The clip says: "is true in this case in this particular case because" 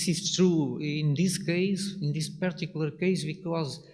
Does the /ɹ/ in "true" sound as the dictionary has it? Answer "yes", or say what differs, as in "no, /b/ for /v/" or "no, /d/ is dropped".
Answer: yes